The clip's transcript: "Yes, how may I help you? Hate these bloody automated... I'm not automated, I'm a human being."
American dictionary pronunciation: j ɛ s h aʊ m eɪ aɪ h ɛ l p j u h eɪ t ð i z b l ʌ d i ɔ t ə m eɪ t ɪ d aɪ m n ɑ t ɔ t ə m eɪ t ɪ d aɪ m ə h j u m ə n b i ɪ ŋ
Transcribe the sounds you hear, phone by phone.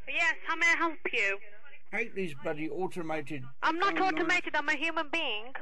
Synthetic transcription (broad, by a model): j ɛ s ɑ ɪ m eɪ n h ɛ l p j u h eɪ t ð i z b ʌ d i ɔ t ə m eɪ t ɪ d aɪ m n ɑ t ɔ t ə m eɪ t ɪ d aɪ m ə h j u m ə n b i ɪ ŋ